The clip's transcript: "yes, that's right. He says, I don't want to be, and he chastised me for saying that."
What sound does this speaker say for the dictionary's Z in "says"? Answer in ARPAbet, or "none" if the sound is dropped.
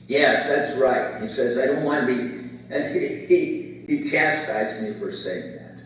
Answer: Z